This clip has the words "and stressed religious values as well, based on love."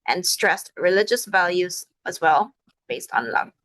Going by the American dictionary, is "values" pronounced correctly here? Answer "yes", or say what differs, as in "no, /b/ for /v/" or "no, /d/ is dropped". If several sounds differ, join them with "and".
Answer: yes